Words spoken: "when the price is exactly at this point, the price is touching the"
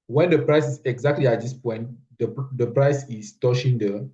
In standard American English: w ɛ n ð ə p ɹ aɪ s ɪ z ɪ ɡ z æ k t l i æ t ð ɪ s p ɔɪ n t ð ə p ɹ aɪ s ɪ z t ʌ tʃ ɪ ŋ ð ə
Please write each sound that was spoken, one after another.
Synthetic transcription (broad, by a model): w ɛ n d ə p ɹ aɪ s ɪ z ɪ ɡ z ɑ k t l i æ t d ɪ s p ɔɪ n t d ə p ɹ aɪ s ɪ s t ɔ ʃ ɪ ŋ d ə